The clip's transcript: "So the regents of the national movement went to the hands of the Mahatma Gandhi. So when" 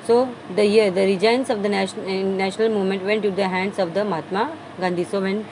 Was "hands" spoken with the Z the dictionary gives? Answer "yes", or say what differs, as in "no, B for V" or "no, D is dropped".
no, S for Z